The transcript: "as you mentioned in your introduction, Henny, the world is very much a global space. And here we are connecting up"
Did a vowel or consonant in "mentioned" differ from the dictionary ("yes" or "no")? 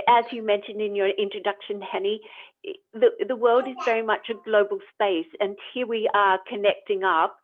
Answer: no